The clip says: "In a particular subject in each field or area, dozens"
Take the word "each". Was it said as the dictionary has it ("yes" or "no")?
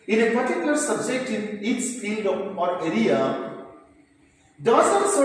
no